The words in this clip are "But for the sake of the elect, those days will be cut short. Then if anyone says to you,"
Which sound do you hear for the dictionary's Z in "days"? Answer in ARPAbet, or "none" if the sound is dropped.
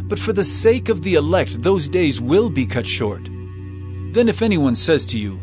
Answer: Z